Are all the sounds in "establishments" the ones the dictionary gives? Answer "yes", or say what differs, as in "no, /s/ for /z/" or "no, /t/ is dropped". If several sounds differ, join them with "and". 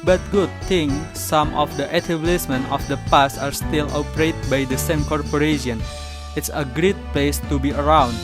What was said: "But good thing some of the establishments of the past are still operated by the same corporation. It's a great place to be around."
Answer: no, /s/ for /ʃ/ and /s/ is dropped